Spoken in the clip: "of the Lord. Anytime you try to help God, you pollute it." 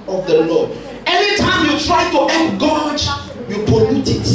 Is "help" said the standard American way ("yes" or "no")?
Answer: no